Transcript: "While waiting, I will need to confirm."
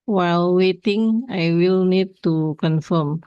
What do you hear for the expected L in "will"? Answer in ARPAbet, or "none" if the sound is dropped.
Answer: L